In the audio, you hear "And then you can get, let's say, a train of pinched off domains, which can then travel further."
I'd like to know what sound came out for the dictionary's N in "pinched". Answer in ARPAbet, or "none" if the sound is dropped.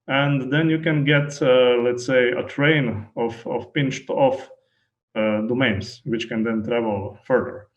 N